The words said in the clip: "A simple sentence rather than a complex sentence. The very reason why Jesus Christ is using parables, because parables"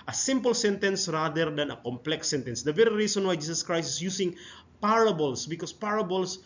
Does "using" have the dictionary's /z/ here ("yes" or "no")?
no